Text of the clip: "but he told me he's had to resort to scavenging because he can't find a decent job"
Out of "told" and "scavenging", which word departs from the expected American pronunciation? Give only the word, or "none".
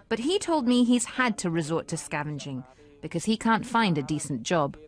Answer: none